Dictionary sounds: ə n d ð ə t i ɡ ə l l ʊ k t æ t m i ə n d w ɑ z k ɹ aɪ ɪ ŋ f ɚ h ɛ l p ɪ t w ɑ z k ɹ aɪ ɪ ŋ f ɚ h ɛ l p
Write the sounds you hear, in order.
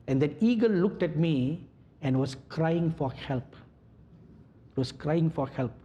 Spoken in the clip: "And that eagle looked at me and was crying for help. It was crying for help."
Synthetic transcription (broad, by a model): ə n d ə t i ɡ ə l l ʊ k t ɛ t m i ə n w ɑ s k ɹ aɪ ɪ ŋ f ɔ h ɛ l p ɪ t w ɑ s k ɹ aɪ ɪ ŋ f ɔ h ɛ l p